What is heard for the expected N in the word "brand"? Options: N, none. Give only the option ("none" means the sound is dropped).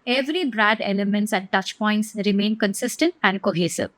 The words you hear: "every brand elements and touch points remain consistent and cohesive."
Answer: none